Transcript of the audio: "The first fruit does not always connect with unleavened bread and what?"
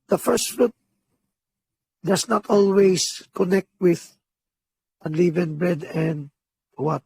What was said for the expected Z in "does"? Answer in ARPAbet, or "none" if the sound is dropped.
S